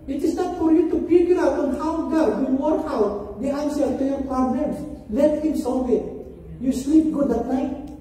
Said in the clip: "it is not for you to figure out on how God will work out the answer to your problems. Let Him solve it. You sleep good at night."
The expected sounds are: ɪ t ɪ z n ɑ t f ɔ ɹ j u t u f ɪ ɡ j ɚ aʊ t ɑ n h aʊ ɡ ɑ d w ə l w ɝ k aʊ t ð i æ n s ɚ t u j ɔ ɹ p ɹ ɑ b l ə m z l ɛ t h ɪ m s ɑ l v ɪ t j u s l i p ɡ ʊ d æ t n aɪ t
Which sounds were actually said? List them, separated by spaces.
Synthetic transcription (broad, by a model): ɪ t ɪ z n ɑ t f ɔ ɹ j u t u p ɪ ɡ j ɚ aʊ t ɑ n h aʊ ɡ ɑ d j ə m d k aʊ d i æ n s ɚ t u j ɔ ɹ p ɑ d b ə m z l ɛ t h ɪ m s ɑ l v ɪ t j u s l i p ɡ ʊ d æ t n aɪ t